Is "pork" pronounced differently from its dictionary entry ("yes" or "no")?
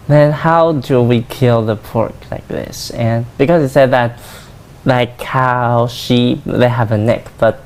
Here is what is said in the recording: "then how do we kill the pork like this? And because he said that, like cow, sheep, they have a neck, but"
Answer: no